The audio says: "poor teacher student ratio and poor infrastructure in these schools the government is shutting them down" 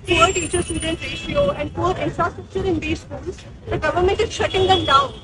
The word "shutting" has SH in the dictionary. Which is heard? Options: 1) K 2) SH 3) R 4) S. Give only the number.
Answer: 2